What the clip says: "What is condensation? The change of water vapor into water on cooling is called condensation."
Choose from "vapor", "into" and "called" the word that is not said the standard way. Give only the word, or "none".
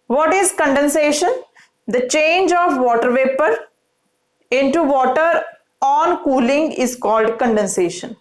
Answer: none